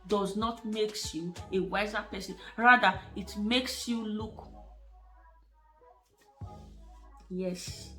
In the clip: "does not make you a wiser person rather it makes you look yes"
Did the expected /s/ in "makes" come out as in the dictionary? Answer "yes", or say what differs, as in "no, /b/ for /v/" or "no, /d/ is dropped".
yes